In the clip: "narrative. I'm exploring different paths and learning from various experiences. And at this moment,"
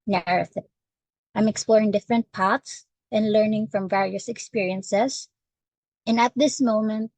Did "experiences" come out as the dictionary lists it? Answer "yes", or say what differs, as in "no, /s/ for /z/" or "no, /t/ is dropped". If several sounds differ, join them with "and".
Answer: no, /s/ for /z/